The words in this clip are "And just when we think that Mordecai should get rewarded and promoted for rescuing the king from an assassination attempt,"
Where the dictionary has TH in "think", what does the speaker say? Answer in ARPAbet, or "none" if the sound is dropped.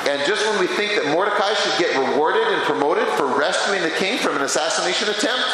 TH